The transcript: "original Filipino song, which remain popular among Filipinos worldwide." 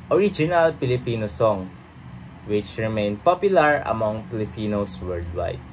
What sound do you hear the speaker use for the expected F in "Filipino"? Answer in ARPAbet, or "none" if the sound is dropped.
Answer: P